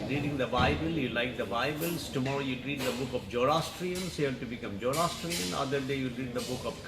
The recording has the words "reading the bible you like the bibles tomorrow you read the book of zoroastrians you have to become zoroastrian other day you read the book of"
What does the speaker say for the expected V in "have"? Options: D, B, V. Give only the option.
B